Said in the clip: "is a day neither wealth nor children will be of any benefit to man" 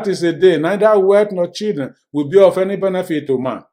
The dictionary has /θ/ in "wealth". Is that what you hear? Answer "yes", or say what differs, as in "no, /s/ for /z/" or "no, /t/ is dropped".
no, /t/ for /θ/